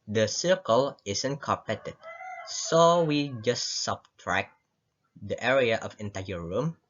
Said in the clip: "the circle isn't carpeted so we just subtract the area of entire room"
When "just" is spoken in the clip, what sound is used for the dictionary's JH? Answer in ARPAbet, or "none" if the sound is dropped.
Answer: JH